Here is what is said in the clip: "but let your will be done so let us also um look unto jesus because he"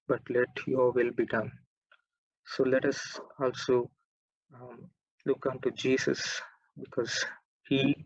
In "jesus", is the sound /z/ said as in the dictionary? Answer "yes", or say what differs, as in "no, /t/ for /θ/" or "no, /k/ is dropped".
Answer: no, /s/ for /z/